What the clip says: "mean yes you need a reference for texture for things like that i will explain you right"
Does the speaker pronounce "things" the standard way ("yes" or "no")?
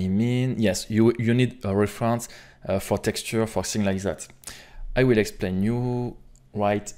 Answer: no